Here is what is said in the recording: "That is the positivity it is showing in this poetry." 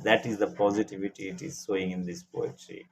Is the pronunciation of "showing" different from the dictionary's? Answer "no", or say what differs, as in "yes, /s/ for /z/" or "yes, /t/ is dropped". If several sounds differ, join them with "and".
yes, /s/ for /ʃ/